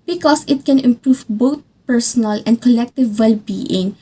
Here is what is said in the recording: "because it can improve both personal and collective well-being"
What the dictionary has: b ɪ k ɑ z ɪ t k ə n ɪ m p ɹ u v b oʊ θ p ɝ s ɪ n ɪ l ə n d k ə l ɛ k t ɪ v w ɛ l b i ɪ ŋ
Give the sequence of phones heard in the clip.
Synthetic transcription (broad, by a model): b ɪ k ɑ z ɪ t k ə n ɪ m p ɹ u v b oʊ t p ɝ s ɪ n ɪ l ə n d k ə l ɛ k t ɪ v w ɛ l b i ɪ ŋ